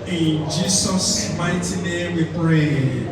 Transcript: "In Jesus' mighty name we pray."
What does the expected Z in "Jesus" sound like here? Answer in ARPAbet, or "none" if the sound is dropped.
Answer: S